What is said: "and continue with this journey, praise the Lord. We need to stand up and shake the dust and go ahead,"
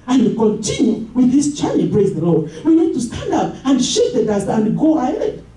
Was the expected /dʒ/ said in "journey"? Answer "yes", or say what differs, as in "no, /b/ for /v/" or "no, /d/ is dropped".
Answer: no, /tʃ/ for /dʒ/